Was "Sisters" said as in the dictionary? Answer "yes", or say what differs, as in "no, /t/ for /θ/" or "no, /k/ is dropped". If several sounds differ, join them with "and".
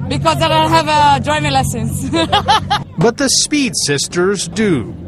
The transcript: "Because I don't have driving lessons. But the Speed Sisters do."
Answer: yes